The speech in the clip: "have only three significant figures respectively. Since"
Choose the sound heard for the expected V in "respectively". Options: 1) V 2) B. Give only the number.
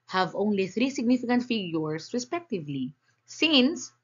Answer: 1